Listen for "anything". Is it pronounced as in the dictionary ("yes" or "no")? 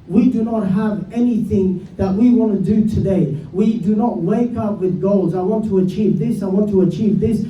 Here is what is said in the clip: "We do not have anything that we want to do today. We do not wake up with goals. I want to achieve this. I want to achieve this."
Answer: yes